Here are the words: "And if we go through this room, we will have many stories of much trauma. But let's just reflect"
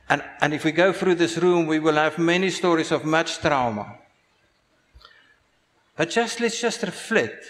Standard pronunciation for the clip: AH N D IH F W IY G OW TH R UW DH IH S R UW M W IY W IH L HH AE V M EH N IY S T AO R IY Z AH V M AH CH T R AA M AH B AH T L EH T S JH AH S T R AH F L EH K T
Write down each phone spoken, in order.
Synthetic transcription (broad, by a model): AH N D IH F W IY G OW TH R UW DH IH S R UW M W IY W IH L HH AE V M EH N IY S T AO R IY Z AH V M AH CH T R AA M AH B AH T L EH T S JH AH S T R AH F L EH T